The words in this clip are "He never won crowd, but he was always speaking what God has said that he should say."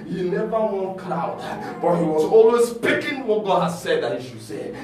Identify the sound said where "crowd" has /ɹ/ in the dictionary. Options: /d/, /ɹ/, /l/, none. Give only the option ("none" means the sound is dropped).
/l/